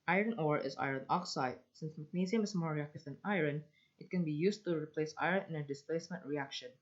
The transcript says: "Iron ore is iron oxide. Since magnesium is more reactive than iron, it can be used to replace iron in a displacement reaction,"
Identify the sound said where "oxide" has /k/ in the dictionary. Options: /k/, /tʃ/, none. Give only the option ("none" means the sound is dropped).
/k/